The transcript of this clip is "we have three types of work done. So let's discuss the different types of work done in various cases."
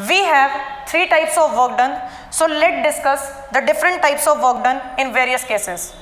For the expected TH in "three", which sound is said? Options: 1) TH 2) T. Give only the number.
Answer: 2